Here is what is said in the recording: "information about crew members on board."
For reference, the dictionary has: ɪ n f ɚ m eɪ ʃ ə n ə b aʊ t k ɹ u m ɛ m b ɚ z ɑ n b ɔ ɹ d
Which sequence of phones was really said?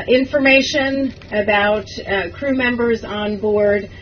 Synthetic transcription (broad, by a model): ɪ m f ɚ m eɪ ʃ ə n ə b aʊ t k ɹ u m ɛ m b ɚ z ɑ n b ɔ ɹ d